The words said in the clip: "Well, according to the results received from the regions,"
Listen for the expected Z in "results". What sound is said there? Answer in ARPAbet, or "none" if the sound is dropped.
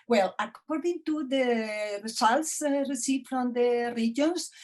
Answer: S